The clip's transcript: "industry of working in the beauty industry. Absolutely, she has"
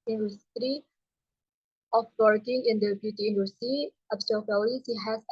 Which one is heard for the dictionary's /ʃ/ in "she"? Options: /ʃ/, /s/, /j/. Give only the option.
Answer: /s/